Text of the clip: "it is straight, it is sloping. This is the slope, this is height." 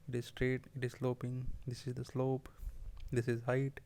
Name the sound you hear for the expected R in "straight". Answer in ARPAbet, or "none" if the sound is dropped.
R